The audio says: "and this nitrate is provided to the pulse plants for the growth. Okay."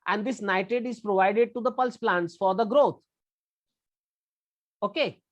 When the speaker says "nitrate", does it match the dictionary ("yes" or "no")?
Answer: no